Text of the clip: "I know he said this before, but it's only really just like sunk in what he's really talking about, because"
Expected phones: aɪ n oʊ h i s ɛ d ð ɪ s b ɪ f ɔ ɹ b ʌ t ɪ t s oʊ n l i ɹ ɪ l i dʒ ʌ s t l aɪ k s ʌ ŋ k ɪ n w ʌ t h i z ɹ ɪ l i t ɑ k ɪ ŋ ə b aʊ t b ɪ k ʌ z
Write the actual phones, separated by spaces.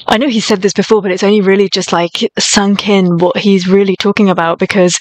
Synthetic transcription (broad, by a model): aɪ n oʊ i s ɛ d ð ɪ s b ɪ f ɔ ɹ b ʌ t ɪ t s oʊ n l i ɹ ɪ l i dʒ ʌ s t l aɪ k s ʌ ŋ k ɪ n w ʌ t h i z ɹ ɪ l i t ɑ k ɪ ŋ ə b aʊ t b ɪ k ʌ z